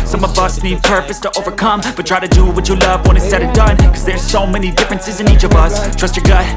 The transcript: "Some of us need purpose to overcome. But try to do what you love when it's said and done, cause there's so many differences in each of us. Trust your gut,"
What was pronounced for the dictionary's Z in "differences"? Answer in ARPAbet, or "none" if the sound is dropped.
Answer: Z